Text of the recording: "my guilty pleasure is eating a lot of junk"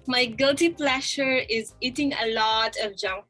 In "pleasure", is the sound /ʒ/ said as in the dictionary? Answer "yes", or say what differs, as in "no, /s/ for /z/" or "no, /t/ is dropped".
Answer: no, /ʃ/ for /ʒ/